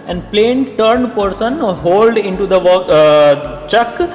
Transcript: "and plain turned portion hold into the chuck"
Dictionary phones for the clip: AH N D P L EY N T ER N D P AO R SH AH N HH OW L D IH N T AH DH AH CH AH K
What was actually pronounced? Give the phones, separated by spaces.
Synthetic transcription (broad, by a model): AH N D P L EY N T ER N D P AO R S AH N HH OW L D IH N T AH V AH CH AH K